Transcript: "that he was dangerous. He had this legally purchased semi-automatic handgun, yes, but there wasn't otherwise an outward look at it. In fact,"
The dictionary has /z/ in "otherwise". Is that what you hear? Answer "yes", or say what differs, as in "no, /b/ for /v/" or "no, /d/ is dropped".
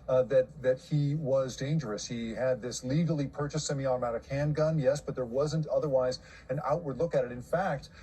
yes